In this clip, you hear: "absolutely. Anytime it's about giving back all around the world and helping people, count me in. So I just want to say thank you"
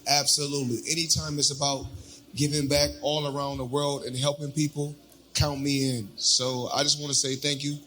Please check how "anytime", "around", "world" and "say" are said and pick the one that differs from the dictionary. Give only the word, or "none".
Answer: none